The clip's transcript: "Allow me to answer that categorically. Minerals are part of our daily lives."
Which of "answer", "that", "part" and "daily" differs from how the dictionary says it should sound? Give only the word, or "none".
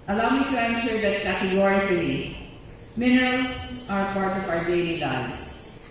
answer